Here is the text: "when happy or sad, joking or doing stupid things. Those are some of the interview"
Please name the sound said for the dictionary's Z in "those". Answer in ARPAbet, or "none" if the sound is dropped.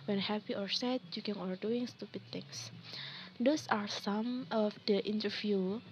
S